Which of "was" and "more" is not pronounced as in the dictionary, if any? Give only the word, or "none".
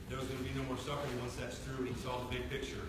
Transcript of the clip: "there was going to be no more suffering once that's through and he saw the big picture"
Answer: none